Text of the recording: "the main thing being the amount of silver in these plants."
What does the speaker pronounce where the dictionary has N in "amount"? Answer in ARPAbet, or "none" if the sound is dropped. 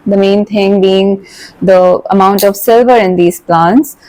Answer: N